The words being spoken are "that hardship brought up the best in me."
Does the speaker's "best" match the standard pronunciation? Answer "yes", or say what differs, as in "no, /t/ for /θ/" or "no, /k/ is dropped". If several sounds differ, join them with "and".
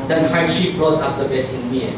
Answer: no, /t/ is dropped